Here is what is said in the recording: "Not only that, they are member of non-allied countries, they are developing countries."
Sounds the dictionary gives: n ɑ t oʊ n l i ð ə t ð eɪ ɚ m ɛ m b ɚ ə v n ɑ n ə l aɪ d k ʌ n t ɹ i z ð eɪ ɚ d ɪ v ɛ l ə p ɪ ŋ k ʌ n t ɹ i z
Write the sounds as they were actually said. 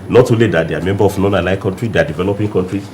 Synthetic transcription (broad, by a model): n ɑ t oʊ l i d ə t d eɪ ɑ m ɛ m b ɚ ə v n ɑ n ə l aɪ k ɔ n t ɹ i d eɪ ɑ d ɪ v ɛ l ə p ɪ ŋ k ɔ n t ɹ i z